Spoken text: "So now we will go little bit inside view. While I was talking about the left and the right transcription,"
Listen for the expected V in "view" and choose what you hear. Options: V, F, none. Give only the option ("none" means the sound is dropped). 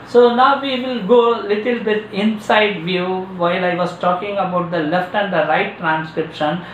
V